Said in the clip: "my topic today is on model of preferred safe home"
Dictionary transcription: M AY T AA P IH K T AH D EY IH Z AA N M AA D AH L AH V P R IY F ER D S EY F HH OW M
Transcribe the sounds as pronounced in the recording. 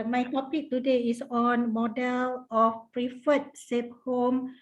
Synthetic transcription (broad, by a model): M AY T AA P IH K T AH D EY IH S AA N M AA D AH L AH F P R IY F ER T S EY P HH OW M